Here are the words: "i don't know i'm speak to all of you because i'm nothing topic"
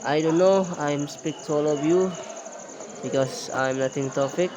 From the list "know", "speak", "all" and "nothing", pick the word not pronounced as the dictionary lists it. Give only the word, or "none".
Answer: nothing